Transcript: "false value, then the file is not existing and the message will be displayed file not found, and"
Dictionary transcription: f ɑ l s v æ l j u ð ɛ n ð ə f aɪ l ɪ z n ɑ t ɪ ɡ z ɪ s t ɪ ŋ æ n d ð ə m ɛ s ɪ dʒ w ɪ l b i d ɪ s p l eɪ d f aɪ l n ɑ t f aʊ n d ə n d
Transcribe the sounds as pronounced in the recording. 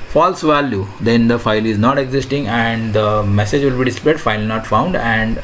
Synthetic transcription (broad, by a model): f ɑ l s v æ l j u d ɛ n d ə f aɪ l ɪ z n ɑ t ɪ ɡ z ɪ s t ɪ ŋ æ n d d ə m ɛ s ɪ dʒ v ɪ l b i d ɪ s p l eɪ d f aɪ l n ɑ t f aʊ n d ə n d